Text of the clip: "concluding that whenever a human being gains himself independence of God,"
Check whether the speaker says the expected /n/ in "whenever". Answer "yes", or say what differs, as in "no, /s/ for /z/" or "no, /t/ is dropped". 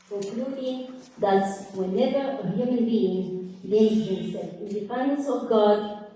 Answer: yes